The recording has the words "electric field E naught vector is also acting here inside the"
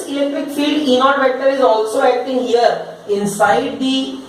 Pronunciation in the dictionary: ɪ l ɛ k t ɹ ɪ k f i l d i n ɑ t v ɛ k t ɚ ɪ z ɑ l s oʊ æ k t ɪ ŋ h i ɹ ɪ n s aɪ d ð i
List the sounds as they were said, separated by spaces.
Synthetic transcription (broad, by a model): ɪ l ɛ k t ɹ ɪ k f i l d i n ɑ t v ɛ k t ɚ ɪ z ɑ l s oʊ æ k t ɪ ŋ h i ɹ ɪ n s aɪ d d i